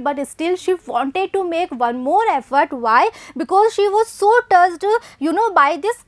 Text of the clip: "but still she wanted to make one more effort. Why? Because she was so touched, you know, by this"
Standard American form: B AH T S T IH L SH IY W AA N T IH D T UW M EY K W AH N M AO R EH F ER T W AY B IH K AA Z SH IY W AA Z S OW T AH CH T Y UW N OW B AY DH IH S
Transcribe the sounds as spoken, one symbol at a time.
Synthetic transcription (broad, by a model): B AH T S T IH L SH IY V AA N T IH D T UW M EY K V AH N M AO R EH F ER T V AY B IH K AA Z SH IY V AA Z S OW T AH S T Y UW N OW B AY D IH S